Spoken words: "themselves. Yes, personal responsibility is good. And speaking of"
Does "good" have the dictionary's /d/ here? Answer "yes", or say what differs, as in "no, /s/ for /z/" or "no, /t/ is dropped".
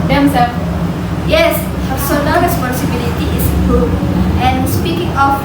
no, /d/ is dropped